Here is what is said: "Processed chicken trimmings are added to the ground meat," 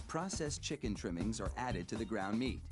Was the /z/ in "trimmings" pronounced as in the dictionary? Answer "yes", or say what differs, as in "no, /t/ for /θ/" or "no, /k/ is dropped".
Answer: yes